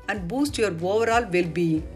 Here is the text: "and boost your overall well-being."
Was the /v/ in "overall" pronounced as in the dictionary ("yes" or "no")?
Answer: yes